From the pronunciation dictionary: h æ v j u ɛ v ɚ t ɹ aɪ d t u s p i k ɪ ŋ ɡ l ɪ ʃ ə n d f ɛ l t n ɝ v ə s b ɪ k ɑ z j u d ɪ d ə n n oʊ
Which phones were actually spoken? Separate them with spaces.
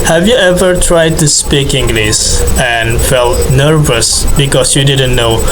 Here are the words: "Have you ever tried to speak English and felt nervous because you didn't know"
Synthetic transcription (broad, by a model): h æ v j u ɛ v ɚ t ɹ aɪ d t u s p i k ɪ ŋ ɡ l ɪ s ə n f ɛ l t n ɝ v ə s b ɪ k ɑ s j u d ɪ d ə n n oʊ